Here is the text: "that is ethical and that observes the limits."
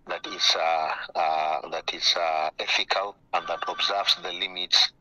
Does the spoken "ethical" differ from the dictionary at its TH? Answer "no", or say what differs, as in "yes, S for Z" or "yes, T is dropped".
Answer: yes, F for TH